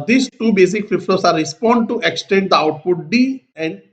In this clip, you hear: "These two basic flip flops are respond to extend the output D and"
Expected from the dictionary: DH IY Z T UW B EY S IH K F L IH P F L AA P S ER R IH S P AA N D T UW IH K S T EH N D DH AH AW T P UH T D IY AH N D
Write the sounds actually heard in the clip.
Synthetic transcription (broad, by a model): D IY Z T UW B EY S IH K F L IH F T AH S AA R IH S P AA N D T UW IH K S T EH N D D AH AW T P UH T D IY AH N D